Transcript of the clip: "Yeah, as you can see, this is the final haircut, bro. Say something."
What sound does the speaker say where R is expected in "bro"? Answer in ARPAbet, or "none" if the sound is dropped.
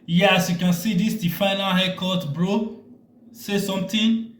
R